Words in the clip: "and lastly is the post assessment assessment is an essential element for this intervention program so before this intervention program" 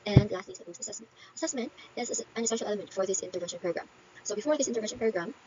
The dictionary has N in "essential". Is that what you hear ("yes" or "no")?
no